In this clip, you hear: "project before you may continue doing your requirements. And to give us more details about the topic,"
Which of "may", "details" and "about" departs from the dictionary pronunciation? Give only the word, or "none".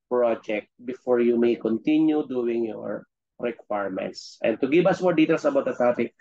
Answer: details